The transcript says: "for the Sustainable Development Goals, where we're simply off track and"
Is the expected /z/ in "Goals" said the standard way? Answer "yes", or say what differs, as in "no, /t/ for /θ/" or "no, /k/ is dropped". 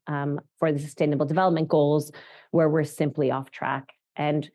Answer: yes